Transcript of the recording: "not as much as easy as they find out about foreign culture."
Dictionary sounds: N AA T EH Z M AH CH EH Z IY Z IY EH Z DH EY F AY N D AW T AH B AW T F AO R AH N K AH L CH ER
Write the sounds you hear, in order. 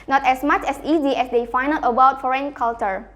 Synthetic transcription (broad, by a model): N AA T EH S M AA CH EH S IY Z IY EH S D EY F AY N AW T AH B AW T F AO R AH N K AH L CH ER